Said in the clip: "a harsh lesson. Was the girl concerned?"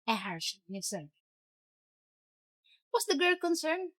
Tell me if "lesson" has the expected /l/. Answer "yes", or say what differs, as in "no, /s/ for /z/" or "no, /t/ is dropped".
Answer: no, /n/ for /l/